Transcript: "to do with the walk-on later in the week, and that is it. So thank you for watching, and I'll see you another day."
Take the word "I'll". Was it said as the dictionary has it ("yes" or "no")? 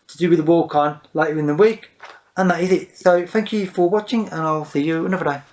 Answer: yes